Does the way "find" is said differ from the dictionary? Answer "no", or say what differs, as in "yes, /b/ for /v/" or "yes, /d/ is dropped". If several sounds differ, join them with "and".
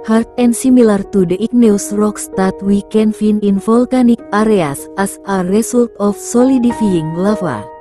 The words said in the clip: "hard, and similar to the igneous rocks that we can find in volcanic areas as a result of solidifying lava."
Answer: yes, /d/ is dropped